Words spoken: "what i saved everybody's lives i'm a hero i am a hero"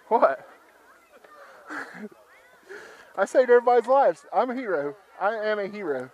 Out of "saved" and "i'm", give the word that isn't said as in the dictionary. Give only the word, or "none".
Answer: saved